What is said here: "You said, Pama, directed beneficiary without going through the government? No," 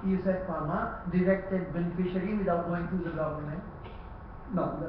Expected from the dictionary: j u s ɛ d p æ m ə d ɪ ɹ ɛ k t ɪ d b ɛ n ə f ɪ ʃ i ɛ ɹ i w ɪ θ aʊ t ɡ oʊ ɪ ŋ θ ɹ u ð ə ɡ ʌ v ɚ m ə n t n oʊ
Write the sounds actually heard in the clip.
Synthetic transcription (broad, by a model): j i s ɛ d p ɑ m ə d ɪ ɹ ɛ k t ɪ d b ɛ n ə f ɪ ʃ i ɹ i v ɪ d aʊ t ɡ oʊ ɪ ŋ t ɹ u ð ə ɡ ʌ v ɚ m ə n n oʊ